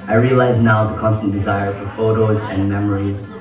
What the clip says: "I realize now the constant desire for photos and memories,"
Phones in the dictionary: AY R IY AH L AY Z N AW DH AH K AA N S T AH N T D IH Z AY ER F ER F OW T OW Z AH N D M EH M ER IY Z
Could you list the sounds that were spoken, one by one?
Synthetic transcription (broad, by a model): AY R IY AH L AY Z N AW DH AH K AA N S T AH N D IH Z AY ER F ER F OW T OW Z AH N M EH M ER IY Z